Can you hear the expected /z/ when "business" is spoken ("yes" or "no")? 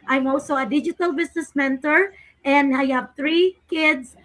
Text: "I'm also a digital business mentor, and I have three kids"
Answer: no